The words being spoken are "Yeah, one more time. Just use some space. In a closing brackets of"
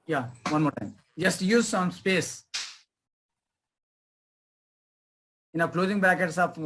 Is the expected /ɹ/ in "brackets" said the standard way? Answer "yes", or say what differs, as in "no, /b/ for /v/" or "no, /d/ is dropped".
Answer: no, /ɹ/ is dropped